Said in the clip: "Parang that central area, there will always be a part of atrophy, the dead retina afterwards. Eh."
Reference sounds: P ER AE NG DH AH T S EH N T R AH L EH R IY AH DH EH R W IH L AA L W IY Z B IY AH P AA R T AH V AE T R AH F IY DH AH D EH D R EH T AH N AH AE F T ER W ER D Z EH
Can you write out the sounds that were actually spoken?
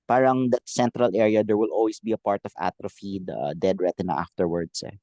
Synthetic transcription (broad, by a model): P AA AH NG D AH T S EH N T R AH L EH R IY AH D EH R W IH L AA L W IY S B IY AH P AA R T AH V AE T R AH F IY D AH D EH D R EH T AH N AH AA F T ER W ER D S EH